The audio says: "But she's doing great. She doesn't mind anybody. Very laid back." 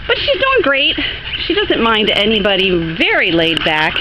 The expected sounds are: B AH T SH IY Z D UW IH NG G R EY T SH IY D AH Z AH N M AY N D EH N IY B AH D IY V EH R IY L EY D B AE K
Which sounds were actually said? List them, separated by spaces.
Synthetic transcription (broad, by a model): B AH T SH IY Z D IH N G R EY T SH IY D AH Z AH N M AY N D EH N IY B AH D IY V EH R IY L EY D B AE K